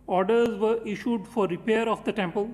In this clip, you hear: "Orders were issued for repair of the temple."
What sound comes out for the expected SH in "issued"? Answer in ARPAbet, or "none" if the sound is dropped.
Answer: SH